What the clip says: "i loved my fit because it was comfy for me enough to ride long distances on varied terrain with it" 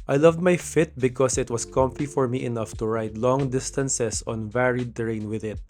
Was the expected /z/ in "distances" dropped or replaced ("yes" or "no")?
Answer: yes